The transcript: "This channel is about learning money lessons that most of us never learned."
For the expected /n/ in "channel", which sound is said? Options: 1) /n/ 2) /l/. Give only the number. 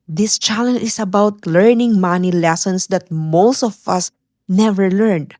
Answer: 2